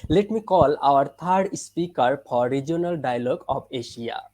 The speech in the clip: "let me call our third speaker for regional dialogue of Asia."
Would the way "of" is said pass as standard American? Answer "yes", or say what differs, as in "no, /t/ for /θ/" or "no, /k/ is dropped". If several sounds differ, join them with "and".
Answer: no, /p/ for /v/